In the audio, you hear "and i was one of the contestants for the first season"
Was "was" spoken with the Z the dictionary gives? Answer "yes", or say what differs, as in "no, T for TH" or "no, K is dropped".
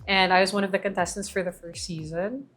yes